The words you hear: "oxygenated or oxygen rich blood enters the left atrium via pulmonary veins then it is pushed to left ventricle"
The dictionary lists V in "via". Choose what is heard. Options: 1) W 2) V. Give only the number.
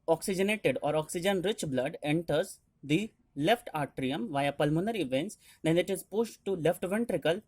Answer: 2